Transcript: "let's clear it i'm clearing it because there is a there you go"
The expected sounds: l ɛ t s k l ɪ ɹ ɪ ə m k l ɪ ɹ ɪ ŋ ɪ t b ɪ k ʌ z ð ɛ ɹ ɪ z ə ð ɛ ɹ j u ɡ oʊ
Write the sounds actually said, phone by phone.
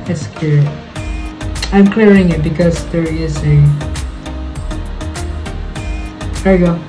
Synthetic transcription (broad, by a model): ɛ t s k ɪ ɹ ɪ ə m k l ɪ ɹ ɪ ŋ ɪ t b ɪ k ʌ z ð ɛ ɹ ɪ z ə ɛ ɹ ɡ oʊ